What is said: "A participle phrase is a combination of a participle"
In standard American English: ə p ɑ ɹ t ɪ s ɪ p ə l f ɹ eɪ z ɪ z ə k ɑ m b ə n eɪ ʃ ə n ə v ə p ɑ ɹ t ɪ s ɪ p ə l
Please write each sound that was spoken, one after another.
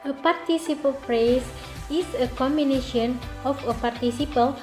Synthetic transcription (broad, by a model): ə p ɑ ɹ t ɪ s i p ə l p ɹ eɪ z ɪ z ə k ɑ m b ə n eɪ ʃ ə n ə f ə p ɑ ɹ t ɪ s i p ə l